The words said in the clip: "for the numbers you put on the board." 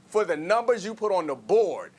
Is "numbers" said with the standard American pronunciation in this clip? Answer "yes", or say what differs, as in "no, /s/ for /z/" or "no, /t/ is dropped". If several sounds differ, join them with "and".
yes